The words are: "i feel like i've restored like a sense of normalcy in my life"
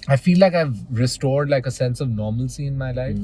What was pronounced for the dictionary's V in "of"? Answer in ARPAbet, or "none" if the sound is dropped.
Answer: V